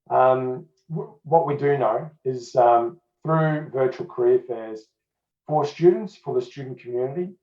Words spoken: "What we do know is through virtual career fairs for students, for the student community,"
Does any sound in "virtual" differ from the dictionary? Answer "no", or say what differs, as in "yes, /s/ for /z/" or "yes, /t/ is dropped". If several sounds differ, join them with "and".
no